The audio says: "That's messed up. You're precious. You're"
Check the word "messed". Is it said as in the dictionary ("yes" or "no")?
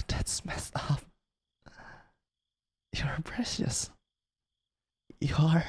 no